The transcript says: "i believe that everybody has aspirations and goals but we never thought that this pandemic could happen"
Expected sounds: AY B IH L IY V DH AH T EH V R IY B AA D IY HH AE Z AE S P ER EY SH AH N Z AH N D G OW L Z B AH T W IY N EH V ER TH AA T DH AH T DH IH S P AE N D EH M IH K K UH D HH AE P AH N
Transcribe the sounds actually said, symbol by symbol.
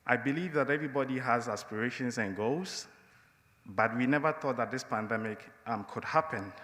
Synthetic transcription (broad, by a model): AY B IH L IY V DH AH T EH V R IY B AA D IY HH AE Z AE S P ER EY SH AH N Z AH N G OW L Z B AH T W IY N EH V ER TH AA T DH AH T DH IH S P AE N D EH M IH K K UH D HH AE P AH N